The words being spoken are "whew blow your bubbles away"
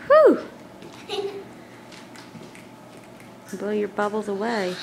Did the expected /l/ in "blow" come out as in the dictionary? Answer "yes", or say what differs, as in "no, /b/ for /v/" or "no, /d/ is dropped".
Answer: no, /l/ is dropped